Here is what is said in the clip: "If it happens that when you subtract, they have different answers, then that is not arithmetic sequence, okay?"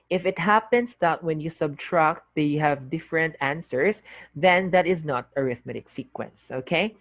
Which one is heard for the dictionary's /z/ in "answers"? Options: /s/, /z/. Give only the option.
/s/